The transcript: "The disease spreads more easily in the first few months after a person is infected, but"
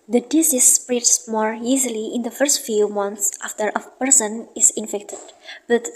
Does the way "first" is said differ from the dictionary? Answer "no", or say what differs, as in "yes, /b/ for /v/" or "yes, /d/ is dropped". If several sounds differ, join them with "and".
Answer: no